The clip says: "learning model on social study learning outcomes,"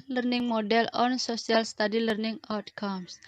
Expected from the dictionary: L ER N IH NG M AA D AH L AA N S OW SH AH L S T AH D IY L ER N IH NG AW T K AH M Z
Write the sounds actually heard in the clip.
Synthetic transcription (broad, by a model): L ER N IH NG M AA D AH L AA N S OW S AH L S T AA D IY L ER N IH NG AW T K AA M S